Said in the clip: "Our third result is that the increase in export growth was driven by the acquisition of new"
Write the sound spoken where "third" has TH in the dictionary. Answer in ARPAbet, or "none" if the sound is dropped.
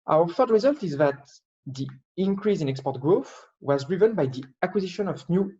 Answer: F